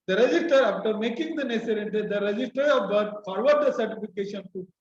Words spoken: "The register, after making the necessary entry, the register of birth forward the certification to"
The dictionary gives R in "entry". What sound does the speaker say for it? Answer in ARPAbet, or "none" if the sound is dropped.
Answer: none